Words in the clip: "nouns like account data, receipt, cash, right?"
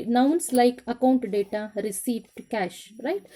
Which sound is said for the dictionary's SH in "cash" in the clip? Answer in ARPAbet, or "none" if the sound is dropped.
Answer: SH